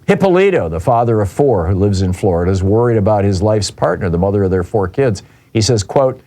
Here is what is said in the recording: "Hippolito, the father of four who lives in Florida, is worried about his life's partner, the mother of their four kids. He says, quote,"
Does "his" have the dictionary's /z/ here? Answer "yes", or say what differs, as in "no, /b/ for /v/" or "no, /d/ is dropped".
yes